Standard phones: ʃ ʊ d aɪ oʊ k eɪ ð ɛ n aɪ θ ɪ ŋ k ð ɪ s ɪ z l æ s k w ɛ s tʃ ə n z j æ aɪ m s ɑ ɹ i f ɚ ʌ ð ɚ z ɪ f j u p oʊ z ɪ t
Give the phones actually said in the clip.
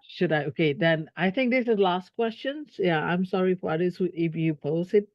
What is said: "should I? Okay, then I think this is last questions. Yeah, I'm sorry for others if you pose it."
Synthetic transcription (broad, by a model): ʃ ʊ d aɪ oʊ k eɪ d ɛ n aɪ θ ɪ ŋ k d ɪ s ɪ l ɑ s k w ɛ s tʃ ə n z j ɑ aɪ m s ɑ ɹ i f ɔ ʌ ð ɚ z ɪ f j u p oʊ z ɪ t